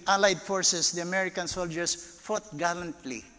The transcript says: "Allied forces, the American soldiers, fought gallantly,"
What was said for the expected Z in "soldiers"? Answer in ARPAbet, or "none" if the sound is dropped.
S